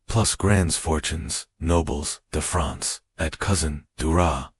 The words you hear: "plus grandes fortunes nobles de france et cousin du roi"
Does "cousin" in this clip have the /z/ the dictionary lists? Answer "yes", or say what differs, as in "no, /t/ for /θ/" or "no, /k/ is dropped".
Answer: yes